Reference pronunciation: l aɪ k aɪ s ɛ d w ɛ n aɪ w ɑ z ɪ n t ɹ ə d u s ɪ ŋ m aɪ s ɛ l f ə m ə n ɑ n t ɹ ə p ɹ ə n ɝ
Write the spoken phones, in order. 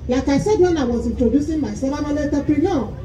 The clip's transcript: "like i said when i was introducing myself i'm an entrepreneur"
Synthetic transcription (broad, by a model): l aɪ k aɪ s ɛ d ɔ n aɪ w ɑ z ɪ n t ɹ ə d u s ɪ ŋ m aɪ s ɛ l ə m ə l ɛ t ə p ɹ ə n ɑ